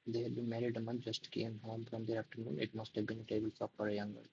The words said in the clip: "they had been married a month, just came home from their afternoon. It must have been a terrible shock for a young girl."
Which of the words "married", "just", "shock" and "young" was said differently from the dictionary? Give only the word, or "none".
shock